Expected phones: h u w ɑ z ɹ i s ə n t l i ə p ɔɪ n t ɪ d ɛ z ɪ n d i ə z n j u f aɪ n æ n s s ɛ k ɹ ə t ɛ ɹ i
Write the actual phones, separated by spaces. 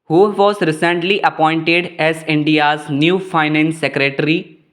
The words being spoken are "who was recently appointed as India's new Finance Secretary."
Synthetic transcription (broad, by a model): h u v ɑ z ɹ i s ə n t l i ə p ɔɪ n t ɪ d ɛ z ɪ n d i ə z n j u f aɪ n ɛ n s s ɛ k ɹ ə t ɹ i